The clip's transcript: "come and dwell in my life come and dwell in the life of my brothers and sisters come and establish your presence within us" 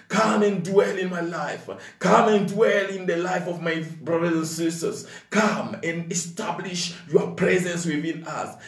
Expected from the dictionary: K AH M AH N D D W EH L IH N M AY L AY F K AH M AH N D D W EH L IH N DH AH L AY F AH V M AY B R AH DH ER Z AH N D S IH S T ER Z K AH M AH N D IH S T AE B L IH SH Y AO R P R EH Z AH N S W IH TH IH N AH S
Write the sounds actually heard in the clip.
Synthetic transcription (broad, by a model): K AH M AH N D D W EH L IH N M AY L AY F K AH M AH N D D W EH L IH N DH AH L AY F AH V M AY B R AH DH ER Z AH N S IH S T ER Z K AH M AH N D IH S T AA B L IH SH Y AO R P R EH Z AH N S W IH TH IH N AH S